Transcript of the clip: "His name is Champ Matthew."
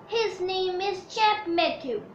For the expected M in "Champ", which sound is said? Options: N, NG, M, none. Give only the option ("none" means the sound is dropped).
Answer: none